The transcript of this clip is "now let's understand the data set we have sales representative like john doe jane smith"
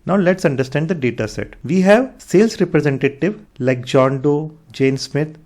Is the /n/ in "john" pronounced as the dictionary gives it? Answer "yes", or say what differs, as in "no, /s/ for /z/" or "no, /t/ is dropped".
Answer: yes